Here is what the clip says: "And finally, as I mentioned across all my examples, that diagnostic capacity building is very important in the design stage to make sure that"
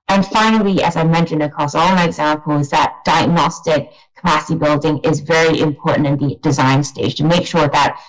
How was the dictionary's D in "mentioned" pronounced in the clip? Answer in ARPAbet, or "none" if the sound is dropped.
D